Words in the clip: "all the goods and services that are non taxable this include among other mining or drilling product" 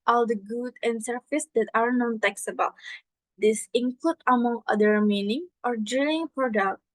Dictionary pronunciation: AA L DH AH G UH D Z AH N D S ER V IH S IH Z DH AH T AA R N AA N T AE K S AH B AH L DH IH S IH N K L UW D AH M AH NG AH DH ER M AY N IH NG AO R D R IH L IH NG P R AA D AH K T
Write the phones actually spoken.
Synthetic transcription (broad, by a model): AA L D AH G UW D AH N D S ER F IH S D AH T AA R N AA N T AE K S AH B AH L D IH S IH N K L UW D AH M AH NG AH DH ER M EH N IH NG AO R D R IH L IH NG P R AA D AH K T